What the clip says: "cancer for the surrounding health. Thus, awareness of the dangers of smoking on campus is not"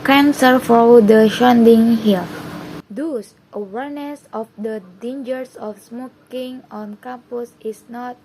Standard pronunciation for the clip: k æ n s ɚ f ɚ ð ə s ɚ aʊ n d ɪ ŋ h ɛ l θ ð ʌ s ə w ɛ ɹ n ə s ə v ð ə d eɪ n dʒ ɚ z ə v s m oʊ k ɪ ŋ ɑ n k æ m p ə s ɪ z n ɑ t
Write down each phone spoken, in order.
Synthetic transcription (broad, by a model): k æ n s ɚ f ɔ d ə ʃ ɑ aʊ n d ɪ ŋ h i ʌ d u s ə w ɛ ɹ n ə s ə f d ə d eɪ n dʒ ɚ s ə f s m oʊ k ɪ ŋ ɑ n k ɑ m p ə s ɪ s n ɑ t